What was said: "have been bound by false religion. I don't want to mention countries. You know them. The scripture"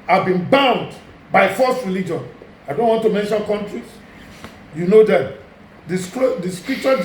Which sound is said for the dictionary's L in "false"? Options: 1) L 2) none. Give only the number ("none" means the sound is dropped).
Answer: 2